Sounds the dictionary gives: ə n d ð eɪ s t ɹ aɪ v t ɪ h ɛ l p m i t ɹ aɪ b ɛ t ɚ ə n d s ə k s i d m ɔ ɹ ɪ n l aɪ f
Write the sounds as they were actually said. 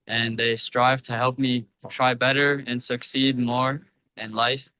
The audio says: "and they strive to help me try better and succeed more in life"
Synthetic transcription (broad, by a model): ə n ð eɪ s t ɹ aɪ v t ɪ h ɛ l p m i t ɹ aɪ b ɛ t ɚ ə n s ə k s i d m ɔ ɹ ɪ n l aɪ f